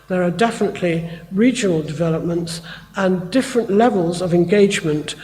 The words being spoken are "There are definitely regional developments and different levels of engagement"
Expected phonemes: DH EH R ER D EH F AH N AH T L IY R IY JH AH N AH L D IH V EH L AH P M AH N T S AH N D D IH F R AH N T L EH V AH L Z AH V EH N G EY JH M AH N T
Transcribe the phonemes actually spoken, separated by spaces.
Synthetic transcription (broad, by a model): DH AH R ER D EH F AH N AH T L IY R IY JH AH N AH L D IH V EH L AH P M AH N T S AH N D D IH F R AH N T L EH V AH L Z AH V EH N G EY JH M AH N T